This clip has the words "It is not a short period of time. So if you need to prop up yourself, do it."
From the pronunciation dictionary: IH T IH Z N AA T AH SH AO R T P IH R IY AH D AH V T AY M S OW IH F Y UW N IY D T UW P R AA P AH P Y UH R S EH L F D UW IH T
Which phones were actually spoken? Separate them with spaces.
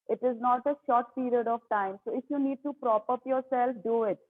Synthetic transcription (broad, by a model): IH T IH Z N AA T AH SH AO R T P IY R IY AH D AH V T AY M S OW IH F Y UW N IY D T UW P R AA P AH P Y UH R S EH L F D UW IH T